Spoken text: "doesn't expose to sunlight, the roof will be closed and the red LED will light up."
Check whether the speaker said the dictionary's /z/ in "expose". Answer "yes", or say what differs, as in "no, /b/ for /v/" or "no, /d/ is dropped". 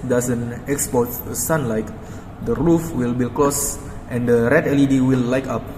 no, /z/ is dropped